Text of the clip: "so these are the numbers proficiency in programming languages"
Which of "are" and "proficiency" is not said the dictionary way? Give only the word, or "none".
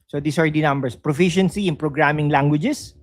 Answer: none